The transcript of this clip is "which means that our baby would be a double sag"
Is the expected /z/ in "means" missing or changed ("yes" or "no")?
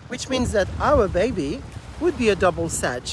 no